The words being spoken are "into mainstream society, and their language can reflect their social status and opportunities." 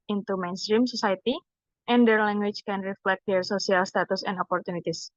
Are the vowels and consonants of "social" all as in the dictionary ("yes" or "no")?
no